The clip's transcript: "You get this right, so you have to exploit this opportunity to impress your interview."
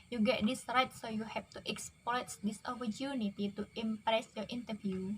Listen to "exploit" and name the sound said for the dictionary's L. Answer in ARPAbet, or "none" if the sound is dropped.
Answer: none